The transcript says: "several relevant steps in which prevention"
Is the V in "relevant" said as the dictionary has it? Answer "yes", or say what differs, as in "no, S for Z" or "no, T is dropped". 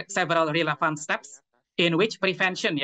no, F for V